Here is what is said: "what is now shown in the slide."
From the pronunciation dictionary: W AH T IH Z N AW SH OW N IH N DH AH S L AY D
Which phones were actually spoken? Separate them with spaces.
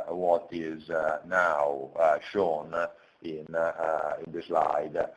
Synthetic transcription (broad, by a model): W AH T IH Z N AW SH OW N IH N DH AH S L AY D